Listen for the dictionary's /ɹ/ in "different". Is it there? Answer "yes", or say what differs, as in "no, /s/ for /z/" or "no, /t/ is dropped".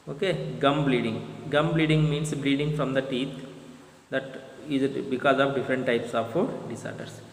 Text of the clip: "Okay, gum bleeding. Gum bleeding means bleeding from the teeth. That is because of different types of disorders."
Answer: yes